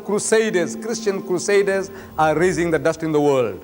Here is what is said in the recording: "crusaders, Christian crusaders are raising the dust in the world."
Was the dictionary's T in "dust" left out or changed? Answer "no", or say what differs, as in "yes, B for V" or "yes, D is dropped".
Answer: no